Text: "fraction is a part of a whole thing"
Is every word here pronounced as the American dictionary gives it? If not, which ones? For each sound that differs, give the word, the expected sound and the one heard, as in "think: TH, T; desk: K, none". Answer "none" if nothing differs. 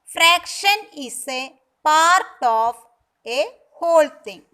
is: Z, S; of: V, P